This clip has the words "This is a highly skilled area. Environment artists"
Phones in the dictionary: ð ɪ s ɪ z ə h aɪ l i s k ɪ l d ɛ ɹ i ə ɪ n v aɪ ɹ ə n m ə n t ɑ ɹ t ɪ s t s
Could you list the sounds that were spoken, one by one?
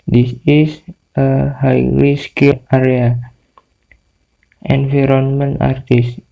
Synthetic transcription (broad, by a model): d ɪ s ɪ s ə h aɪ w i s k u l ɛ ɹ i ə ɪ n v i ɹ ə n m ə n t ɑ ɹ t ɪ s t